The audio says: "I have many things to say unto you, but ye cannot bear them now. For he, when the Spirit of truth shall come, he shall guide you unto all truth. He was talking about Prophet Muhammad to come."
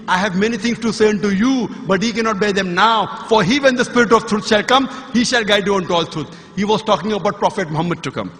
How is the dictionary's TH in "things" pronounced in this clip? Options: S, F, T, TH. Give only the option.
T